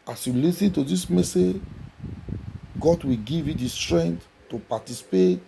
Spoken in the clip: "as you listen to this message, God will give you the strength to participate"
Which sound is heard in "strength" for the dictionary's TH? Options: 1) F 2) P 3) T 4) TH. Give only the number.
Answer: 3